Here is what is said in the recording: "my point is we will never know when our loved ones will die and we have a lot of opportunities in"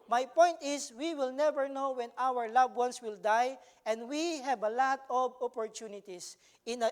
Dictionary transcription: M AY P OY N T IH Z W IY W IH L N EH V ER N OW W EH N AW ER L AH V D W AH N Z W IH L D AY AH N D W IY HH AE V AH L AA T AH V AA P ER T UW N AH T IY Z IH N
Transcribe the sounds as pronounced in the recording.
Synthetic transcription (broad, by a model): M AY P OY N T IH S W IY W IH L N EH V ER N OW W EH N AW ER L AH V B W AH N S W IH L D AY AH N D W IY HH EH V AH L AA T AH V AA P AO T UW N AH T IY S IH N